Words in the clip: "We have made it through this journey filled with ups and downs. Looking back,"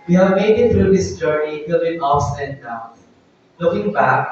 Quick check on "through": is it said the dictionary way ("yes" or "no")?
no